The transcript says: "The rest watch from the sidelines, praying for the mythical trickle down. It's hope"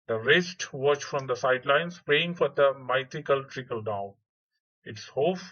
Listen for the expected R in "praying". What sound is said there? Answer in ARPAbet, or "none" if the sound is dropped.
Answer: none